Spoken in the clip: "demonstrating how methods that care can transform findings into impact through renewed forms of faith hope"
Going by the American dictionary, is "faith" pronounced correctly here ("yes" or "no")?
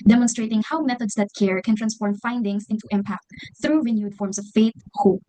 no